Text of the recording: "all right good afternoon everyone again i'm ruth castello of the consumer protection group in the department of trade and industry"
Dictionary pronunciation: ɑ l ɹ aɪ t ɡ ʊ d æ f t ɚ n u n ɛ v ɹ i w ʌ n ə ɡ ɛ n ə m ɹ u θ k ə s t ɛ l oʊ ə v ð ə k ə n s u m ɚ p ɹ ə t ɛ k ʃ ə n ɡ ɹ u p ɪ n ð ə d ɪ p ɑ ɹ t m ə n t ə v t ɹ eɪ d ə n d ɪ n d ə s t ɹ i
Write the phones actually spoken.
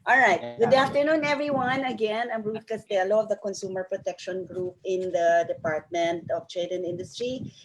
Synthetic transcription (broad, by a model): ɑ l ɹ aɪ t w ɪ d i f t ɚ n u n ɛ v ɹ i w ʌ n ə ɡ ɛ n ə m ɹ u t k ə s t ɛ l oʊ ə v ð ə k ə n s u m ɚ p ɹ ə t ɛ k ʃ ə n ɡ ɹ u p ɪ n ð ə d ɪ p ɑ ɹ t m ə n t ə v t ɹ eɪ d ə n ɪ n d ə s t ɹ i